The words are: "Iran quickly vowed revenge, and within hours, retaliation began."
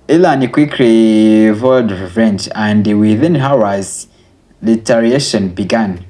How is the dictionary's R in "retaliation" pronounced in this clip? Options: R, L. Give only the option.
L